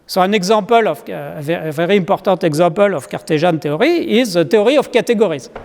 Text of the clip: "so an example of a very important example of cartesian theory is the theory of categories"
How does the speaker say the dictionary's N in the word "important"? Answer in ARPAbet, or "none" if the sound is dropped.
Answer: none